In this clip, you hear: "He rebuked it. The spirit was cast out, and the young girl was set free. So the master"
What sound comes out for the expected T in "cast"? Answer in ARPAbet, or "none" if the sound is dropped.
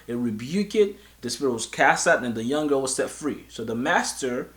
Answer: T